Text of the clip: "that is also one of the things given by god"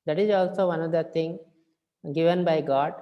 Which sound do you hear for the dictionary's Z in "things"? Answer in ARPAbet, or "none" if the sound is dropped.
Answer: none